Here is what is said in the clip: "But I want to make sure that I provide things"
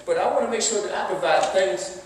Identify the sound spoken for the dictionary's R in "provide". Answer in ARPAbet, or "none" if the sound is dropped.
none